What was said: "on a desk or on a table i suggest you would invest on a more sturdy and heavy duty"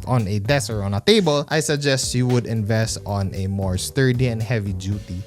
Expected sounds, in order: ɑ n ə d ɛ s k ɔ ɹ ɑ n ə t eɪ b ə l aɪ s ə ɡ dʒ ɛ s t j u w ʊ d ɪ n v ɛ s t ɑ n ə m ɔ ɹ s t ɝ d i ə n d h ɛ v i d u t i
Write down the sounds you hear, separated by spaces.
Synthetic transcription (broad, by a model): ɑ n ə d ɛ s ɔ ɹ ɑ n ə t eɪ b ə l aɪ s ə ɡ dʒ ɛ s t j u w ʊ d ɪ n v ɛ s t ɑ n ə m ɔ ɹ s t ɝ d i ə n d h ɛ v i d u t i